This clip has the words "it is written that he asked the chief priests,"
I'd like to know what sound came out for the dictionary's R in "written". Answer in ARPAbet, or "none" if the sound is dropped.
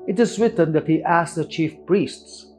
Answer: W